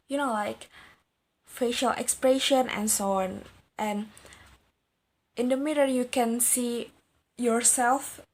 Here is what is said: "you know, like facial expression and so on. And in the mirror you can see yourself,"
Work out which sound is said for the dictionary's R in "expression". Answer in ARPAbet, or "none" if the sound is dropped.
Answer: R